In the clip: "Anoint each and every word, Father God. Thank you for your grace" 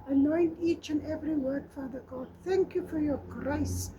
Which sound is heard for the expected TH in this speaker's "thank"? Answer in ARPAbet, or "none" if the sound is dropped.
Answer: TH